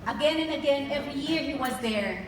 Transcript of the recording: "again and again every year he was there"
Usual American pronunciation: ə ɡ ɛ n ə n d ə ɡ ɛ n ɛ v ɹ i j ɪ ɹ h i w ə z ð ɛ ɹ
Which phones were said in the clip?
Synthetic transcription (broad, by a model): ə ɡ ɛ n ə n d ə ɡ ɛ n ɛ v ɹ i j ɪ ɹ h i w ə z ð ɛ ɹ